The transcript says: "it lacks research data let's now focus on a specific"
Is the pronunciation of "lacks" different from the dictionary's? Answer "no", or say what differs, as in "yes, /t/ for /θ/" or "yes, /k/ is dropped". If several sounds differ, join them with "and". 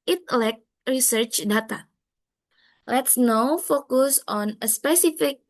yes, /s/ is dropped